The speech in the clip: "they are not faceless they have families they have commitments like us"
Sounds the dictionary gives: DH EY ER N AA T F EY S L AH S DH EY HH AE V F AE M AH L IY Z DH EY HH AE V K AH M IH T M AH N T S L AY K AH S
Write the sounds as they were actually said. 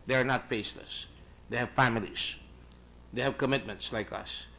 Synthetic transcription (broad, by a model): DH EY ER N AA T F EY S L AH S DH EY HH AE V F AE M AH L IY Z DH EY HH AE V K AH M IH T M AH N T S L AY K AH S